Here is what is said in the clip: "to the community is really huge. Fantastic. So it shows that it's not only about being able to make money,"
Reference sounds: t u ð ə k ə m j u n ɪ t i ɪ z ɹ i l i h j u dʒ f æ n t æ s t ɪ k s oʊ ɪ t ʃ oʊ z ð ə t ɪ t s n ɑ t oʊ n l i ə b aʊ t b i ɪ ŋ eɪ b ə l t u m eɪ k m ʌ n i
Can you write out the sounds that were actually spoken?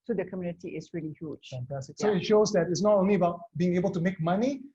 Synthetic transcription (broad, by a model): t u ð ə k ə m j u n ɪ t i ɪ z ɹ i l i h j u dʒ f æ n t æ s t ɪ k s oʊ ɪ t ʃ oʊ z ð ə t ɪ t s n ɑ t oʊ n l i ə b aʊ t b i ɪ ŋ eɪ b ə l t u m eɪ k m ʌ n i